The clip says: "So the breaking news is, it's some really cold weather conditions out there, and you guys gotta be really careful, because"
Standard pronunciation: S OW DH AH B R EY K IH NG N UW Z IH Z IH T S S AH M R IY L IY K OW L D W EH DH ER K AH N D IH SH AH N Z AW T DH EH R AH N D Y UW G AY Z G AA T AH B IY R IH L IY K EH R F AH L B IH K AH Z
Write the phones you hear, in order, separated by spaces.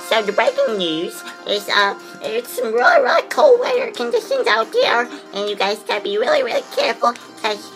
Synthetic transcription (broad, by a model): S OW DH AH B R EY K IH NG N UW Z IH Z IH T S S AH M R IY L IY K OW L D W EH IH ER K AH N D IH SH AH N Z AW T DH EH R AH N Y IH G AY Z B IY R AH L IY R IH L IY K EH R F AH L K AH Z